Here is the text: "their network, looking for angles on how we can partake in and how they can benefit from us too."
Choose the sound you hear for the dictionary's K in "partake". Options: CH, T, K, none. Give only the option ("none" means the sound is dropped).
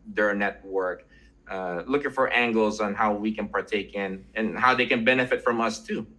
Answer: K